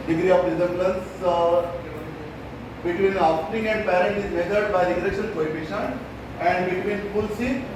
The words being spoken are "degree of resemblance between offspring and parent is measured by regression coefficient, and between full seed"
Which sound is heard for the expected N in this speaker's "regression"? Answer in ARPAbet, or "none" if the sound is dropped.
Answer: L